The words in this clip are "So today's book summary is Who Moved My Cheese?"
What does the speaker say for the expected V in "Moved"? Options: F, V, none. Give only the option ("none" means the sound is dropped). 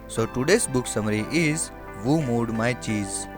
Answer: none